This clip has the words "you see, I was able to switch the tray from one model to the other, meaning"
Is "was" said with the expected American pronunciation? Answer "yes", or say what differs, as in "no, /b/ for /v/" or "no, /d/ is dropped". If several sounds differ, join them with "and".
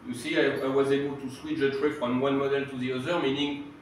yes